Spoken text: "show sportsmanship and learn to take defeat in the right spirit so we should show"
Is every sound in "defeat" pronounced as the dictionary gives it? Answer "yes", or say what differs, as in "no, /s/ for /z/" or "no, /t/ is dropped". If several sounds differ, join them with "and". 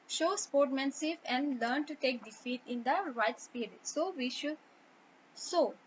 yes